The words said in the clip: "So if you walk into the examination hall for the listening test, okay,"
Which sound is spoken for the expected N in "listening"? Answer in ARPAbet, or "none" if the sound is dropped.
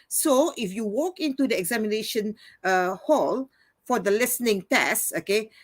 N